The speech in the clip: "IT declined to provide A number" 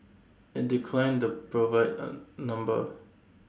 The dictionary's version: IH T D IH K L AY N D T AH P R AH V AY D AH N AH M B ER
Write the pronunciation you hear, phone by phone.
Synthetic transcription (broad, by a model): IH T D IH K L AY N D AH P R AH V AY AH N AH M B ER